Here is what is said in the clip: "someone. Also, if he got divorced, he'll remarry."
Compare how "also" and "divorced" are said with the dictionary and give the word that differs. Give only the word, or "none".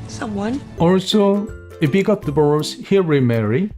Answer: divorced